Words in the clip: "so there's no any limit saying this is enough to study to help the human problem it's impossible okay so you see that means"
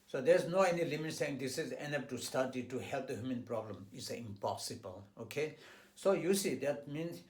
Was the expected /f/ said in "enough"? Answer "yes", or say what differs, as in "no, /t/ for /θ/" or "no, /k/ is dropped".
no, /p/ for /f/